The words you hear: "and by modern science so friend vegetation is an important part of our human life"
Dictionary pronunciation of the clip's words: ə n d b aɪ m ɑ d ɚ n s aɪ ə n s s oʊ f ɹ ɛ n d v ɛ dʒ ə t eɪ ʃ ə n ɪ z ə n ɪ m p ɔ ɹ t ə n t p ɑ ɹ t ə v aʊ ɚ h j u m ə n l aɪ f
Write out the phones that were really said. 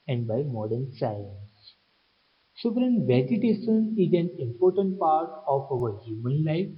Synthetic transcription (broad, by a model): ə n d b aɪ m ɑ d ɚ n s aɪ ə n s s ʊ p ɹ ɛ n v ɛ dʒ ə t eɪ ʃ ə n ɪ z ə n ɪ m p ɔ ɹ t ə n t p ɑ ɹ t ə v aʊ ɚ h j u m ə n l aɪ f